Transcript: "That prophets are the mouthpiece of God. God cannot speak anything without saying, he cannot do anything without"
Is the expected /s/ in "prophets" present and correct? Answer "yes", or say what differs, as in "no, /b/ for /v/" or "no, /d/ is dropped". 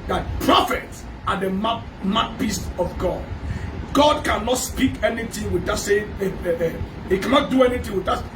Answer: yes